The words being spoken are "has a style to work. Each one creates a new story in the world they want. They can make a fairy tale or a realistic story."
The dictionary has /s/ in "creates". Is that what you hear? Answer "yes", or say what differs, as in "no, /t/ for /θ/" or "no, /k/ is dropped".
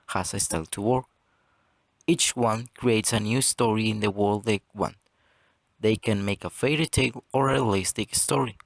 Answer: yes